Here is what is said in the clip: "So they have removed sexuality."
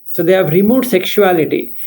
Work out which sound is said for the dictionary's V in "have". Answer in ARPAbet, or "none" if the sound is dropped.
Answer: V